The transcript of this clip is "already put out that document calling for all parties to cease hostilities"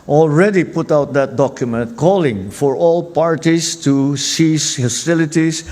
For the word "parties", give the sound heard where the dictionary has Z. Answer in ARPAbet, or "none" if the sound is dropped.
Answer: S